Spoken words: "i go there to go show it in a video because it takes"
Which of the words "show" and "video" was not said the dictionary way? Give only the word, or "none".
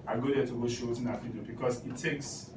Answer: video